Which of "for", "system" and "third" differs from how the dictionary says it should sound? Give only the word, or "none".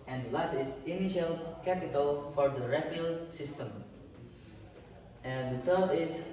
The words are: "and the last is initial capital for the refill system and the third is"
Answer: third